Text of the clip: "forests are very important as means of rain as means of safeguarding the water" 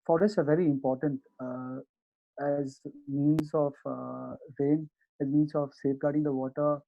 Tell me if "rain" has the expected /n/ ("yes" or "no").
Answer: yes